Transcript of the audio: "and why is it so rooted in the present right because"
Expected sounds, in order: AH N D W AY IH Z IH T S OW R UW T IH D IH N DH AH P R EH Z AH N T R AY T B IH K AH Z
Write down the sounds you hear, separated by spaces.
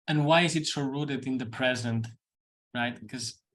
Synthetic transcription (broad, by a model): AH N W AY IH Z IH T S OW R UW T IH D IH N DH AH P R EH Z AH N T R AY T K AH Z